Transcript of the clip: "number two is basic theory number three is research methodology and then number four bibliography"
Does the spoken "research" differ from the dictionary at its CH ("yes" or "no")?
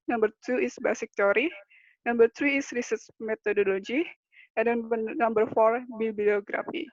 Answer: yes